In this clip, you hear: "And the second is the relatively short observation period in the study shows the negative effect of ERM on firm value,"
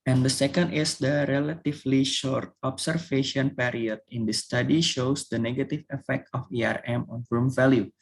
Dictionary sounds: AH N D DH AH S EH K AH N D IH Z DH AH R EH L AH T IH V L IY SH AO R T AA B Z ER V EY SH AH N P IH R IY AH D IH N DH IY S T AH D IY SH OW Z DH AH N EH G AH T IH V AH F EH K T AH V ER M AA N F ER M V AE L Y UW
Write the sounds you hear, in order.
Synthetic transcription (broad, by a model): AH N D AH S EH K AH N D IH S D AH R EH L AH T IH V L IY SH AO R T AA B S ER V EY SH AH N P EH R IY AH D IH N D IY S T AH D IY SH OW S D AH N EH G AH T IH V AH F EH K T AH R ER M AA N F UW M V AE L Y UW